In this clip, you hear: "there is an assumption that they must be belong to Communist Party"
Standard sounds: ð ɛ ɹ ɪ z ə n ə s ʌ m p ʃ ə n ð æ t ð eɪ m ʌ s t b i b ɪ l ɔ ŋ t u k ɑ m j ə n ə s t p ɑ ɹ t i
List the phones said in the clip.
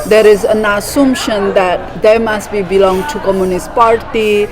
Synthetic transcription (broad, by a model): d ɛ ɹ ɪ z ə n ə s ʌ m ʃ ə n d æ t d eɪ m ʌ s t b i b ɪ l ɔ ŋ t u k ɑ m j ə n ə s t p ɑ ɹ t i